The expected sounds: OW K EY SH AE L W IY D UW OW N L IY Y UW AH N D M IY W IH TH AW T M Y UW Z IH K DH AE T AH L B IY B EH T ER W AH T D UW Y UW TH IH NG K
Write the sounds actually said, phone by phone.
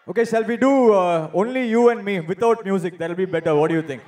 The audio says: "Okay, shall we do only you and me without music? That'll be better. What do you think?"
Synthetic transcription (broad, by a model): OW K EY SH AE L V IY D UW OW N L IY Y UW AH N D M IY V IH T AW T M Y UW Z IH K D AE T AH L B IY B EH T ER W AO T D UW Y UW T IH NG K